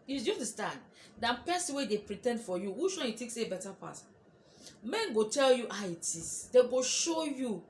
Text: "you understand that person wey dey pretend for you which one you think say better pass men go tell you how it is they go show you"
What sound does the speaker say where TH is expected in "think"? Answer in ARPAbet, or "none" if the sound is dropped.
T